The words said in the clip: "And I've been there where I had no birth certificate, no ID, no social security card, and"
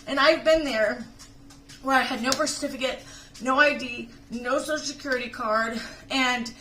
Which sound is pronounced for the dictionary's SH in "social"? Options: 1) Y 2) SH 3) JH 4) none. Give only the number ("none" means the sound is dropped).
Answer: 4